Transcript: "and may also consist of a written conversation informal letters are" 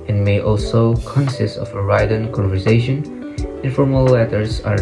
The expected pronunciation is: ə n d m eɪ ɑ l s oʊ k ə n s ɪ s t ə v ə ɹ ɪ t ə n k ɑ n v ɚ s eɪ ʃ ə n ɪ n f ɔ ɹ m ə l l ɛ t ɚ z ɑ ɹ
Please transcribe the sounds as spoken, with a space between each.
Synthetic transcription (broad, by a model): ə n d m eɪ ɑ l s oʊ k ə n s ɪ s t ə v ə ɹ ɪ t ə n k ɑ n v ɚ s eɪ ʃ ə n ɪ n f ɔ ɹ m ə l l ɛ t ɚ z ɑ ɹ